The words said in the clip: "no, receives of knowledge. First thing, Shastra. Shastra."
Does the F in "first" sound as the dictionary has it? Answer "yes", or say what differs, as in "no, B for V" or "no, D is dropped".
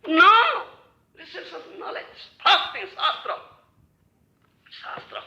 no, P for F